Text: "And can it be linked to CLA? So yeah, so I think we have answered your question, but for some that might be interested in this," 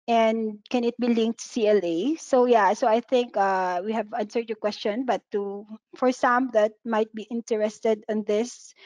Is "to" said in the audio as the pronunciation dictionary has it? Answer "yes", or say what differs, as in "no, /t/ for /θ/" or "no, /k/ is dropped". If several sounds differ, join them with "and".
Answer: no, /s/ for /t/